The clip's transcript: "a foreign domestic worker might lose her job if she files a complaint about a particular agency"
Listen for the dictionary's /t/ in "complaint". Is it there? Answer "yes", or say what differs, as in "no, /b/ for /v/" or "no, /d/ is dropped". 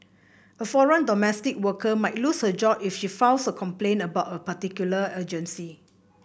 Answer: no, /t/ is dropped